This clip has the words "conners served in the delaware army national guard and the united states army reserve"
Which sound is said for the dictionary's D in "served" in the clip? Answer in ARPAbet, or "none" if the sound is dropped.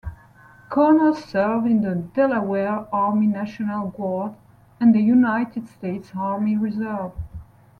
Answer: none